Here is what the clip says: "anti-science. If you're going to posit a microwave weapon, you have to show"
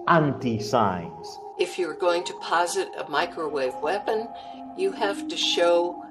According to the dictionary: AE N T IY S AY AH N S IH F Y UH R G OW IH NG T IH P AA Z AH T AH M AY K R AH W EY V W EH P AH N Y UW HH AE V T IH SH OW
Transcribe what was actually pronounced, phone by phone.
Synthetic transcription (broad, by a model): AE N T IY S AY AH N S IH F Y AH R G OW IH NG T IH P AA Z AH T AH M AY K R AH W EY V W EH P AH N Y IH HH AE F T IH SH OW